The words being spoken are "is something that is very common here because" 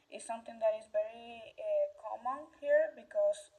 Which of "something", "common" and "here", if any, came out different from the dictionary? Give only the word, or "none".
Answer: something